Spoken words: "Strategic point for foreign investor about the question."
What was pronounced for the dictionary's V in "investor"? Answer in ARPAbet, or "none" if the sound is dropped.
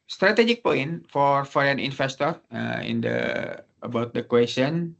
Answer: F